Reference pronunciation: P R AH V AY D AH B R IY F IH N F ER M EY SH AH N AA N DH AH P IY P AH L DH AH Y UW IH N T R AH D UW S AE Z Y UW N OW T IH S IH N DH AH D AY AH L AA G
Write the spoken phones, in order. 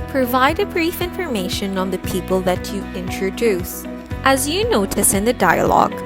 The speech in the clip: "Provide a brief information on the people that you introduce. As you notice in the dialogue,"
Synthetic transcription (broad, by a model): P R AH V AY D AH B R IY F IH N F ER M EY SH AH N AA N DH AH P IY P AH L DH AH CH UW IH N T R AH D UW S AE Z Y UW N OW T IH S IH N DH AH D AY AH L AA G